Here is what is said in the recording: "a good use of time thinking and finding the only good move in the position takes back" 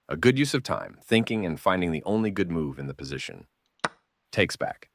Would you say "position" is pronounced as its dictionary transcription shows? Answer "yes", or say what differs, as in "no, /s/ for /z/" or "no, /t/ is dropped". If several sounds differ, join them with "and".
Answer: yes